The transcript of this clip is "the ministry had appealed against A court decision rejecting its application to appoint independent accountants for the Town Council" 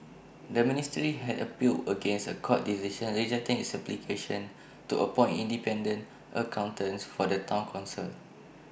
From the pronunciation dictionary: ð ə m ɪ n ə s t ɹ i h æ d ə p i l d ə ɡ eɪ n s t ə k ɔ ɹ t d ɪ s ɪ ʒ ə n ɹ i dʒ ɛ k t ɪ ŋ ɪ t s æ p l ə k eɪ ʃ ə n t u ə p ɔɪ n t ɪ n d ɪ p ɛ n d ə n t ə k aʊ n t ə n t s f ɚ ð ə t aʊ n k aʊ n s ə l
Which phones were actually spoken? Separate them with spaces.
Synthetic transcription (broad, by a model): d ə m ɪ n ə s t ɹ i h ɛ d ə p i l ə ɡ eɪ n s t ə k ɔ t d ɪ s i ʃ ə n ɹ i dʒ ɛ k t ɪ ŋ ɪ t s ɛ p l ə k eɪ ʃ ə n t u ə p ɔɪ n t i n d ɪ p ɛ n d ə n t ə k aʊ n t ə n s f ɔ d ə t aʊ n k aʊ n s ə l